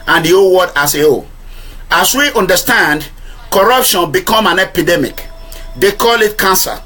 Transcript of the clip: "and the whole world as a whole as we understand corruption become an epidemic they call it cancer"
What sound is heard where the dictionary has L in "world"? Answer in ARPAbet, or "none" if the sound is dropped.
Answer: none